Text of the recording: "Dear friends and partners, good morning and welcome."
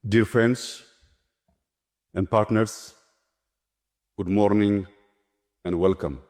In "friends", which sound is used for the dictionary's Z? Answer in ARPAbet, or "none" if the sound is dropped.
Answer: S